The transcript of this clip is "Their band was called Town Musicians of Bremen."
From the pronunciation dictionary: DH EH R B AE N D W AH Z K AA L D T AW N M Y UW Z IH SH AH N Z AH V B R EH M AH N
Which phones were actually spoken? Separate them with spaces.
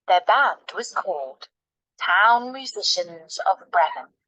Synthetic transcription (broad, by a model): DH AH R B AE N D W AH Z K AA L D T AW N M Y UW Z IH SH AH N Z AH V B R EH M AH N